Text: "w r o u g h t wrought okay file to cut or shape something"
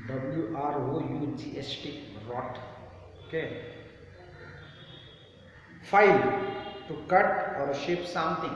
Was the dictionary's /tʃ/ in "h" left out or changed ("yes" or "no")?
yes